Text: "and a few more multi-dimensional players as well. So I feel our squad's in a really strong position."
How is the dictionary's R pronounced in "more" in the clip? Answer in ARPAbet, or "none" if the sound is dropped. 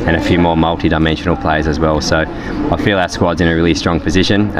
R